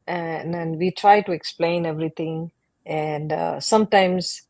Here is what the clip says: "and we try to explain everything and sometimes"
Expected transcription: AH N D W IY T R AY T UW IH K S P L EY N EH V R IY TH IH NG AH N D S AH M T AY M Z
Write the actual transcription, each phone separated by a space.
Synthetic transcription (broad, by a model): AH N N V IY T R AY T UW IH K S P L EY N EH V R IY T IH NG AH N D S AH M T AY M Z